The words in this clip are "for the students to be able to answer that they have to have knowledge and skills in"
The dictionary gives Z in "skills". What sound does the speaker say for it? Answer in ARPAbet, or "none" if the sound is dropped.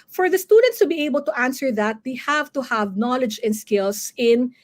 S